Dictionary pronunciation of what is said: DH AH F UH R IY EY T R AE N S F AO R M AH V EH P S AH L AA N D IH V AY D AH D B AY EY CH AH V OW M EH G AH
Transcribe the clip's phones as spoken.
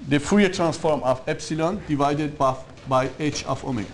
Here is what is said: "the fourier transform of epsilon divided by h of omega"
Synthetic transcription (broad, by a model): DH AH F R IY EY T R AE N S F AO R M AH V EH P S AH L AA N D IH V AY D AH D B AY EY CH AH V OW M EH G